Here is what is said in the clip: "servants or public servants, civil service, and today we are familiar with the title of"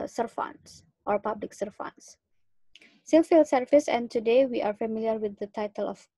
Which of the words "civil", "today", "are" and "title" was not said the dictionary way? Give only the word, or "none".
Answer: civil